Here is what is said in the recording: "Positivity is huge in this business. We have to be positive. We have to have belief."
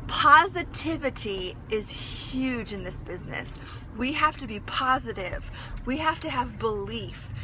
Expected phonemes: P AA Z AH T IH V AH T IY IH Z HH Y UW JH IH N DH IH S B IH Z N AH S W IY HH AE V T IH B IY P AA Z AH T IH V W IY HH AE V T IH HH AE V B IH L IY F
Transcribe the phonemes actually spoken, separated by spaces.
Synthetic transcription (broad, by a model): P AA Z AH T IH V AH T IY IH Z HH Y UW JH IH N DH IH S B IH Z N AH S W IY HH AE F T IH B IY P AA Z AH T IH V W IY HH AE F T IH V B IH L IY F